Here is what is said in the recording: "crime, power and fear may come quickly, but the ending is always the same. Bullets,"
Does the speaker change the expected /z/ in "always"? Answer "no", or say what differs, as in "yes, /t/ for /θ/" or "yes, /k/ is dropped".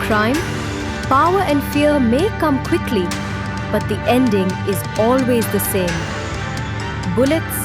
no